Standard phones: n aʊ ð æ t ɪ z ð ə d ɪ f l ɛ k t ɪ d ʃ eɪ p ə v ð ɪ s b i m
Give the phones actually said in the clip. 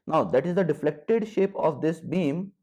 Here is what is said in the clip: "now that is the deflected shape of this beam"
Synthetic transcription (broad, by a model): n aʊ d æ t ɪ z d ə d ɪ f l ɛ k t ɪ d ʃ eɪ p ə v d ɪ s b i m